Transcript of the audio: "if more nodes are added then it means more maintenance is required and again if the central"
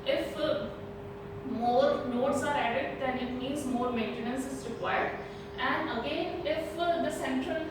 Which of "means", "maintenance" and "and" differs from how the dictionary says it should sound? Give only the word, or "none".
means